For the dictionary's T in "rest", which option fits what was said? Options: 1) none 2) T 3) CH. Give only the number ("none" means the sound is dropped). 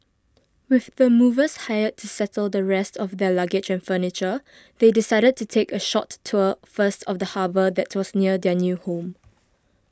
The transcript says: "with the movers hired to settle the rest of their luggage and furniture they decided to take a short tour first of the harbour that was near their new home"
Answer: 2